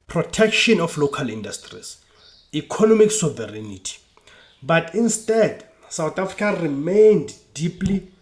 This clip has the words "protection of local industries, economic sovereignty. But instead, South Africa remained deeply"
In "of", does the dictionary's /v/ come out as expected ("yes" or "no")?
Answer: no